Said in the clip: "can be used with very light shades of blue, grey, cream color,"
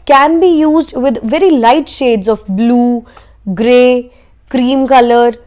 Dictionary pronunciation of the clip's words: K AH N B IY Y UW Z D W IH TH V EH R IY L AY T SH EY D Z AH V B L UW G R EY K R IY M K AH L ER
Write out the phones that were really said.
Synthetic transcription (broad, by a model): K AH N B IY Y UW Z D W IH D V EH R IY L AY T SH EY D Z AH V B L UW G R EY K R IY M K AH L ER